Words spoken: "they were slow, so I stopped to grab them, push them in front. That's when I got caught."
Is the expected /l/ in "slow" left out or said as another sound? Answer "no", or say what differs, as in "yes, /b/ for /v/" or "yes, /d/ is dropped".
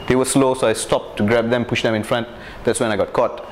no